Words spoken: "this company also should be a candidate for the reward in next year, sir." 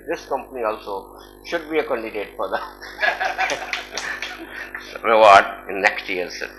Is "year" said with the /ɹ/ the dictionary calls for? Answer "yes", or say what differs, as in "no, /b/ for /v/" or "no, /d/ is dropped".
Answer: no, /l/ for /ɹ/